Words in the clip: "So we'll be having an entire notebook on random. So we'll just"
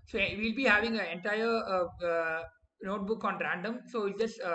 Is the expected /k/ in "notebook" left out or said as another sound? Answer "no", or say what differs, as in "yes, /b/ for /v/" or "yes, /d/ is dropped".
no